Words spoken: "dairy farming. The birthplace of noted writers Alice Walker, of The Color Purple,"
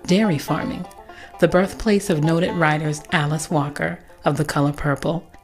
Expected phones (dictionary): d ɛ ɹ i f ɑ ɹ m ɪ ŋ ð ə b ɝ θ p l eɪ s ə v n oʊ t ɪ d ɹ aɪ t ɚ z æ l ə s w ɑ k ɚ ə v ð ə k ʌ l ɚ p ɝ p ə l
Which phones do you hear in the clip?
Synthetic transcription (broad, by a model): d ɛ ɹ i f ɑ ɹ m ɪ ŋ ð ə b ɝ θ p l eɪ s ə v n oʊ t ɪ d ɹ aɪ t ɚ z æ l ə s w ɑ k ɚ ə v ð ə k ʌ l ɚ p ɝ p l